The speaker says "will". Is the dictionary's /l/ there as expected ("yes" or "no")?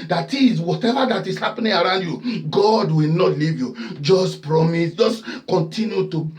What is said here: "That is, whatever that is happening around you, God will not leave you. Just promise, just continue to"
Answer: yes